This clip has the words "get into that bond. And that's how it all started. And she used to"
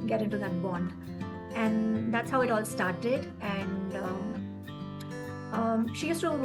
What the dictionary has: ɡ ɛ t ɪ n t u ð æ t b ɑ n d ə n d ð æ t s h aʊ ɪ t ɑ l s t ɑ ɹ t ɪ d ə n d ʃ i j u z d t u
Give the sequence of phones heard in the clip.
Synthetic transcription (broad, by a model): ɡ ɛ t ɪ n t u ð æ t b ɑ n d ə n d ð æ t s h aʊ ɪ t ɑ l s t ɑ ɹ t ɪ d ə n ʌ ʃ i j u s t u